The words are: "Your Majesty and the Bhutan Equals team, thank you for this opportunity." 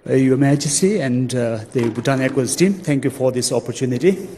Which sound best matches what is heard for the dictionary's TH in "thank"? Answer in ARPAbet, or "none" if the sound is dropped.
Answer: T